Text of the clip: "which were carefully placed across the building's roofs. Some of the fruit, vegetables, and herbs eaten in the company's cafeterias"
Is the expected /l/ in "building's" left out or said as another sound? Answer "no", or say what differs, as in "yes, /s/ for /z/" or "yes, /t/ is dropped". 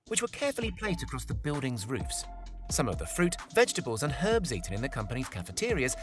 no